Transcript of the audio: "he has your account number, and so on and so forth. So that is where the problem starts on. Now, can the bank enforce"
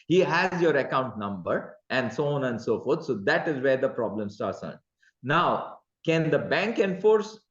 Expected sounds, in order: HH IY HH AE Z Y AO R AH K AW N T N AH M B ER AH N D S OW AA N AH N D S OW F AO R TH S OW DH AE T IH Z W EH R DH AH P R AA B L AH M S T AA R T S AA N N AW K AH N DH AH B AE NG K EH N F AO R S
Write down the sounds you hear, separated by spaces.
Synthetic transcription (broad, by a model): HH IY HH AE Z Y AO R AH K AW N T N AH M B ER AH N D S OW AA N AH N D S OW F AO R T S OW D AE T IH Z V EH R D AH P R AA B L AH M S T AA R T S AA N N AW K AH N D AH B AE NG K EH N F AO R S